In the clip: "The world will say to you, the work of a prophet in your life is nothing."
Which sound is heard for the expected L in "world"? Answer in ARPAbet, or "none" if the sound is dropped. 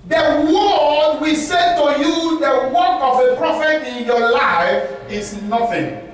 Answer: none